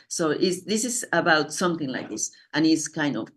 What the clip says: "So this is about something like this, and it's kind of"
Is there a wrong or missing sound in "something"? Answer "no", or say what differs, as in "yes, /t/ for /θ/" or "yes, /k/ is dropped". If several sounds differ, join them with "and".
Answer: no